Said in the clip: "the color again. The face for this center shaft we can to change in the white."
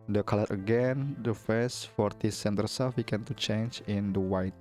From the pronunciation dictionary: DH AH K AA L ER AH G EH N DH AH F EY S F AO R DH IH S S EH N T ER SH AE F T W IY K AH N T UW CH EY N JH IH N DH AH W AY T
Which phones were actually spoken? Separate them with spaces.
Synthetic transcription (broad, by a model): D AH K AA L ER AH G EH N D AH F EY S F AO R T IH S S EH N T ER S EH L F W IY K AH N T UW CH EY N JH IH N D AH W AY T